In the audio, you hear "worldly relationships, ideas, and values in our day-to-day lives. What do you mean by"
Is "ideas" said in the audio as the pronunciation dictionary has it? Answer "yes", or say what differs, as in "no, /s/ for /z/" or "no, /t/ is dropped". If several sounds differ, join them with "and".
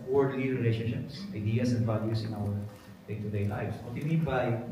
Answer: no, /s/ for /z/